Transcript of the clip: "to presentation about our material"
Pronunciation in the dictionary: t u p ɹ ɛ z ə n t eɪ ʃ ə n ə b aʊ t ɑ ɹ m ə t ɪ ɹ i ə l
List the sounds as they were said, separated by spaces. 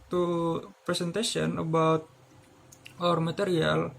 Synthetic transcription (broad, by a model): t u p ɹ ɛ s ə n t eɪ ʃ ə n ə b aʊ t ɑ ɹ m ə t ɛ ɹ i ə l